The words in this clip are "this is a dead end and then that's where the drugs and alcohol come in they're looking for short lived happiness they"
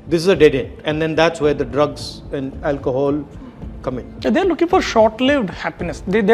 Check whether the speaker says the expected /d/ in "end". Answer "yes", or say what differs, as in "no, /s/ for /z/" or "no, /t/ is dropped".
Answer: no, /d/ is dropped